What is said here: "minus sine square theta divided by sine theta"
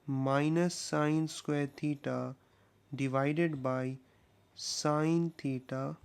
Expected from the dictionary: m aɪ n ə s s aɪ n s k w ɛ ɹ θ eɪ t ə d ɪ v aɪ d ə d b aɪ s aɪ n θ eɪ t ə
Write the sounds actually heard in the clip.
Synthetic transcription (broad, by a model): m aɪ n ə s s aɪ n s k w ɛ ɹ t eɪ t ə d ɪ v aɪ d ə d b aɪ s aɪ n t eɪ t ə